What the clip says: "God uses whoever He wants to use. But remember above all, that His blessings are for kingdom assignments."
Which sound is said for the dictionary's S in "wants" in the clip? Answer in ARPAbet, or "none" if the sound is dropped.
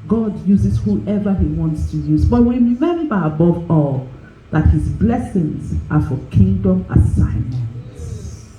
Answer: S